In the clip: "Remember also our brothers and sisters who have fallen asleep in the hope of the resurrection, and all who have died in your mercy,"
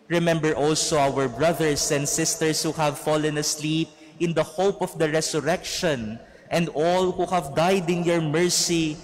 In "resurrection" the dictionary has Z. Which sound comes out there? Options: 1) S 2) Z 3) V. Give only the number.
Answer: 1